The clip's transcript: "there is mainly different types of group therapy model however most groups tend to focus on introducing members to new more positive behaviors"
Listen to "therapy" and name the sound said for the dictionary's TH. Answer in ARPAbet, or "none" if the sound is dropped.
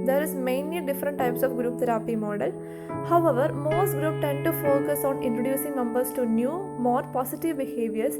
T